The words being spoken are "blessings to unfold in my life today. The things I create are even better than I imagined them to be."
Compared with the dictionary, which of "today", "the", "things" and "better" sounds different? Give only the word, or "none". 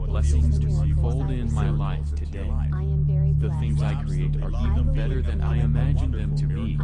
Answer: none